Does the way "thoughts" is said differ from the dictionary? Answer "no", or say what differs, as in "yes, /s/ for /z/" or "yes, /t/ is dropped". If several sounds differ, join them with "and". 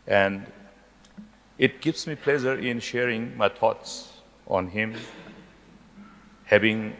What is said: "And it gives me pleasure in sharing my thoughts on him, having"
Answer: yes, /t/ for /θ/